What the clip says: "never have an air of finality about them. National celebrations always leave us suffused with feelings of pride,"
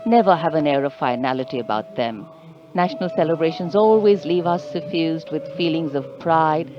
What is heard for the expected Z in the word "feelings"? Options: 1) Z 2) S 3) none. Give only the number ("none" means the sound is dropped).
1